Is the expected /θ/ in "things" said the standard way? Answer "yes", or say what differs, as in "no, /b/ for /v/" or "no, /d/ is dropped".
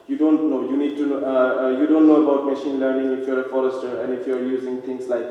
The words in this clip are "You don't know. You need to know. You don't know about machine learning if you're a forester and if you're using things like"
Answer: no, /t/ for /θ/